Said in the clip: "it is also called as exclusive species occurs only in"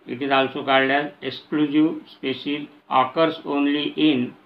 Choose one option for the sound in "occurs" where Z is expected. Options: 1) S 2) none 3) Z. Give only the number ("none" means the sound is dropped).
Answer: 1